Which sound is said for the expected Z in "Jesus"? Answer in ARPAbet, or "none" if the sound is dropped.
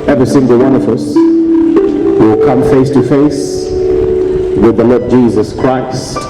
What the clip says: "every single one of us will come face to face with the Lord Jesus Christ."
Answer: Z